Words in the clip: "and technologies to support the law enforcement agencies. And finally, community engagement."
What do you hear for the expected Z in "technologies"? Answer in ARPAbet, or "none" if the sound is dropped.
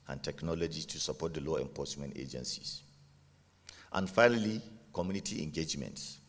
none